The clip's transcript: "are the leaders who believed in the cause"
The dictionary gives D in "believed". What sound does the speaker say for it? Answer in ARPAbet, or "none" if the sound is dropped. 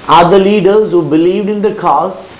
D